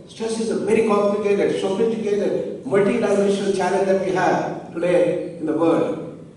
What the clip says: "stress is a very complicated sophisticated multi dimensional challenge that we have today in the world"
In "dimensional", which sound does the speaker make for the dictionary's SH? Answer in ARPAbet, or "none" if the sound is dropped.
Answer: none